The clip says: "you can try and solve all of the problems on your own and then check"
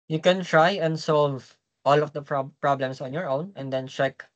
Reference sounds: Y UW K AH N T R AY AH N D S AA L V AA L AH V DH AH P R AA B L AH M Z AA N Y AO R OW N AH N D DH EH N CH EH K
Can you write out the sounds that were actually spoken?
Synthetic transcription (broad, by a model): Y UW K AH N T R AY AH N D S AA L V AA L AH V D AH P R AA B L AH M S AA N Y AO R OW N AH N D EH N CH EH K